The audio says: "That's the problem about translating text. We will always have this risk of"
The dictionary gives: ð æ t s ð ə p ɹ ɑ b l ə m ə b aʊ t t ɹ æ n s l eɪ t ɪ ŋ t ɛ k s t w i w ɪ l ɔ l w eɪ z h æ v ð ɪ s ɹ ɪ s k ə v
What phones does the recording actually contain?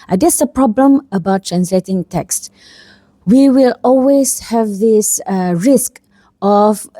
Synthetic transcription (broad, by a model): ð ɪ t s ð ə p ɹ ɑ b l ə m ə b aʊ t t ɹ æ n s l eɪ t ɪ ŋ t ɛ k s t w i w ɪ l ɔ l w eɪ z h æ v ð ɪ s ɹ ɪ s k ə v